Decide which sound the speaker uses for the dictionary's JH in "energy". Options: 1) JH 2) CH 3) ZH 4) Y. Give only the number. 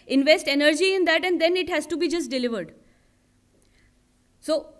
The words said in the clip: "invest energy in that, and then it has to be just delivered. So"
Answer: 1